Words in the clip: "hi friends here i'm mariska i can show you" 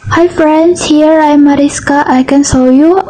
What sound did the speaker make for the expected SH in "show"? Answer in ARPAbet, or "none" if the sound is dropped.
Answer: S